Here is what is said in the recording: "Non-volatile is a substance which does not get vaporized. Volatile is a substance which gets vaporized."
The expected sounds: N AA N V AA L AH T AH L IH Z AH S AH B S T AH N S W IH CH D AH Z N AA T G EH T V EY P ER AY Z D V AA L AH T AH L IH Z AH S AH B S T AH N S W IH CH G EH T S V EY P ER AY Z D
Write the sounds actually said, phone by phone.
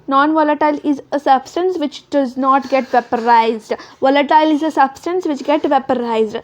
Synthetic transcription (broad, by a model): N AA N V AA L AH T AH L IH Z AH S AH B S T AH N S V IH CH D AH Z N AA T G EH T V EY P ER AY Z D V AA L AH T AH L IH Z AH S AH B S T AH N S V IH CH G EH T V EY P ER AY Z D